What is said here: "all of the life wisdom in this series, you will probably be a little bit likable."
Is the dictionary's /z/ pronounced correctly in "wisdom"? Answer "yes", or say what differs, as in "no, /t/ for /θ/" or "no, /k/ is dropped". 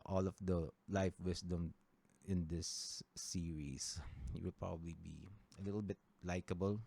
no, /s/ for /z/